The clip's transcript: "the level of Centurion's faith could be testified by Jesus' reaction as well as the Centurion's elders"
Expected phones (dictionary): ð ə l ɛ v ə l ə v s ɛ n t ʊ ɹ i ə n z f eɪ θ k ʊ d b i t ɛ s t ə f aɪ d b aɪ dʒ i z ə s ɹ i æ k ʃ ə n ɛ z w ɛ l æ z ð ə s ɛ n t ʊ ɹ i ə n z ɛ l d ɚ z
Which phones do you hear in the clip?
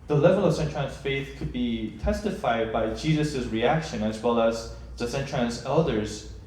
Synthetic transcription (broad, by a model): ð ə l ɛ v ə l ə v s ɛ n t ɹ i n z f eɪ θ k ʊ d b i t ɛ s t ə f aɪ d b aɪ dʒ i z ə s ɹ i æ k ʃ ə n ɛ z w ɛ l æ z ð ə s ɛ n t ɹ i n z ɛ l d ɚ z